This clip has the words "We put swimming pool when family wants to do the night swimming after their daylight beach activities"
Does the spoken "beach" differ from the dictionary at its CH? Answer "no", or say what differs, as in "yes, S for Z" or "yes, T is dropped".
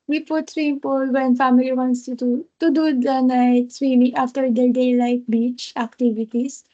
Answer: no